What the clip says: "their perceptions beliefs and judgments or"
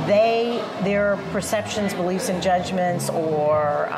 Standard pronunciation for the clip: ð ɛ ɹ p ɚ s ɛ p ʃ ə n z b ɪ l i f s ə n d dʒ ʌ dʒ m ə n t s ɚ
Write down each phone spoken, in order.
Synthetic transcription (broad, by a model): ð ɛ ɹ p ɚ s ɛ p ʃ ə n z b ɪ l i f s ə n dʒ ʌ dʒ m ə n t s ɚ